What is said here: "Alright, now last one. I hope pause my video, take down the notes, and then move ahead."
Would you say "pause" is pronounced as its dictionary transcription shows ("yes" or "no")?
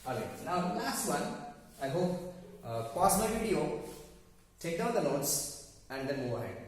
no